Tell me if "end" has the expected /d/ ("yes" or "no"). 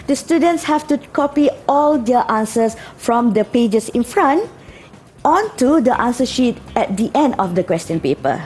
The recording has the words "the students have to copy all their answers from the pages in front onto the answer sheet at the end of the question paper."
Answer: yes